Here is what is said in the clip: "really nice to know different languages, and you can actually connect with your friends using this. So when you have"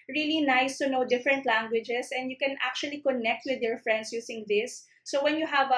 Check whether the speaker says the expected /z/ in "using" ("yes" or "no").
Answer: no